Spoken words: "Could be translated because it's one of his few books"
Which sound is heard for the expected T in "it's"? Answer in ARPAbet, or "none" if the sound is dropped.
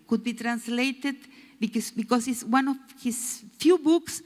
S